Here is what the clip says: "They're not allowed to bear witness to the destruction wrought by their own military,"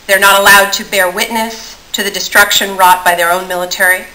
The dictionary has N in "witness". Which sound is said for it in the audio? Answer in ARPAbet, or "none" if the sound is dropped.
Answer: N